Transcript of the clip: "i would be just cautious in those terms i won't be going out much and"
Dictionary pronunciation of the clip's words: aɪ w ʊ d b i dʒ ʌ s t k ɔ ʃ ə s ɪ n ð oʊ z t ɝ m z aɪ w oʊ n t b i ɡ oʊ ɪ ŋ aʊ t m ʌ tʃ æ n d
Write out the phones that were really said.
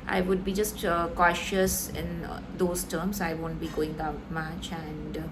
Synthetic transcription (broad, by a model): aɪ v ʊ d b i dʒ ʌ s t k ɔ ʃ ə s ɪ n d oʊ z t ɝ m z aɪ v oʊ n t b i ɡ oʊ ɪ ŋ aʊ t m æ tʃ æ n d